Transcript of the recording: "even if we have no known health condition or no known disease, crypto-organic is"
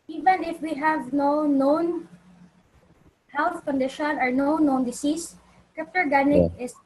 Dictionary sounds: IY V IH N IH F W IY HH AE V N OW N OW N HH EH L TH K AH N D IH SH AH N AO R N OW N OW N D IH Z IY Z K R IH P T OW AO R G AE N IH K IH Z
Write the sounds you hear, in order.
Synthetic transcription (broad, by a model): IY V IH N IH F W IY HH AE V N OW N OW N HH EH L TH K AH N D IH SH AH N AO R N OW N OW N D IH S IY S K IH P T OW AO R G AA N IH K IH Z